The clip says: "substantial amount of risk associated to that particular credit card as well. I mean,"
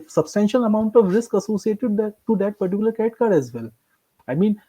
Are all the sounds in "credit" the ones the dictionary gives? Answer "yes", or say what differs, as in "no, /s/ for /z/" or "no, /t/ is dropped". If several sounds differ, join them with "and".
no, /ɹ/ is dropped